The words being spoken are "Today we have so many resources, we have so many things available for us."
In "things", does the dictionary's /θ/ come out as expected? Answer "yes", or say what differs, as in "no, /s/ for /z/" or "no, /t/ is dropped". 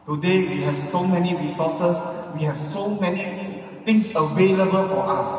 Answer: no, /t/ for /θ/